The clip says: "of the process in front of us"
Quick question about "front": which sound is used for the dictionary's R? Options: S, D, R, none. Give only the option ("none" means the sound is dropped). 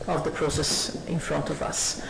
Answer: R